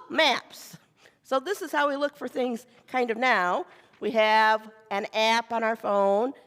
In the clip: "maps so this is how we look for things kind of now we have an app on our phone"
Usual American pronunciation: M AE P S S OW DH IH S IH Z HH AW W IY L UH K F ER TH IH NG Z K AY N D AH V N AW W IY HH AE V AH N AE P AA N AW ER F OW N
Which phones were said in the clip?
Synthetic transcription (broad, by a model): M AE P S S OW DH IH S IH Z HH AW W IY L UH K F ER TH IH NG Z K AY N D AH V N AW W IY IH V AH N AE P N AW ER F OW N